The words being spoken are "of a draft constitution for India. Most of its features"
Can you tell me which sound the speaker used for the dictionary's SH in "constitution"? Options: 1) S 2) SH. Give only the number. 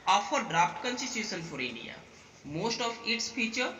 1